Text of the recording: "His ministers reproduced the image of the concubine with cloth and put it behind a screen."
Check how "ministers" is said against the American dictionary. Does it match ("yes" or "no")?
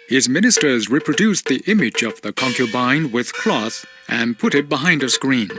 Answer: yes